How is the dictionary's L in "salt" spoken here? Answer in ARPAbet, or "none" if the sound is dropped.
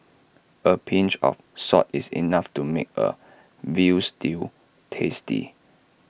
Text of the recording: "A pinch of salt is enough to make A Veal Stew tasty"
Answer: none